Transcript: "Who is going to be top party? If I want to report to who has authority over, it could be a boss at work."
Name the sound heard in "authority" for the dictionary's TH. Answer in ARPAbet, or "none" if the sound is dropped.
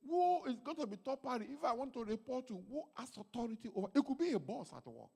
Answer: T